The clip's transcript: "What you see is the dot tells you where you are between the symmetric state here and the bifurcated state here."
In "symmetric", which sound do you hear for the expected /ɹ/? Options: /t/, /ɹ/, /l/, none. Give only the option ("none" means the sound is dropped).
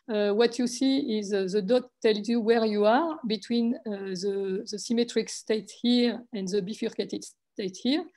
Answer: /ɹ/